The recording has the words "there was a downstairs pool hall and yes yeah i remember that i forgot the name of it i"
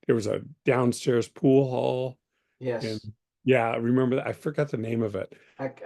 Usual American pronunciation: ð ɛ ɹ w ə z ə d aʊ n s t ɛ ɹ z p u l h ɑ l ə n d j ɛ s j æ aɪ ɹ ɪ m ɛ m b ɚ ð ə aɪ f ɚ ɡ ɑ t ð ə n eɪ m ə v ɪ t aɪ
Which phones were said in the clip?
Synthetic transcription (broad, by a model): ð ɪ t w ə z ə d aʊ n s t ɛ ɹ z p u l h ɑ l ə n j j æ aɪ ɹ ɪ m ɛ m b ɚ ð ə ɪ f ɚ ɡ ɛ t ð ə n eɪ m ə v ɪ t